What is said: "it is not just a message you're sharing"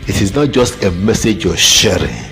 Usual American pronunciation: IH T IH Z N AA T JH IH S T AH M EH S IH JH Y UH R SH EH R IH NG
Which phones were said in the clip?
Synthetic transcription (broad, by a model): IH T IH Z N AA T JH IH S T AH M EH S IH JH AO SH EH R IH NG